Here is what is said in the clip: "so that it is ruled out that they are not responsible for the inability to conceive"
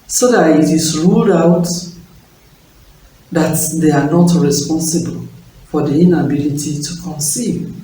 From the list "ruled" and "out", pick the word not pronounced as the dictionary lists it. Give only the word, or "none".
none